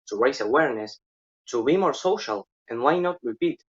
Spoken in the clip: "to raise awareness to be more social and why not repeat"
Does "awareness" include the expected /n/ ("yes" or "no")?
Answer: yes